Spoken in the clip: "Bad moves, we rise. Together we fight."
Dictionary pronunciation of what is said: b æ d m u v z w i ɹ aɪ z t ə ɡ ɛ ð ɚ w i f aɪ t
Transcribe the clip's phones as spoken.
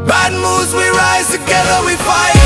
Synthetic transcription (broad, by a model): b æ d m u z w i ɹ aɪ z t ə ɡ ɛ ð ɚ w i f aɪ